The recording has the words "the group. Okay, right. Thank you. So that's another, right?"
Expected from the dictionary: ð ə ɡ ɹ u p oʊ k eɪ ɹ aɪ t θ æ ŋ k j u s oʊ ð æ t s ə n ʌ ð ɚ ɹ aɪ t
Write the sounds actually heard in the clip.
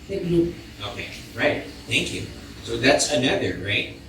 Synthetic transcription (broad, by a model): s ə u oʊ k eɪ ɹ aɪ t θ æ ŋ k j u s oʊ ð æ t s ə n ʌ ð ɚ ɹ aɪ t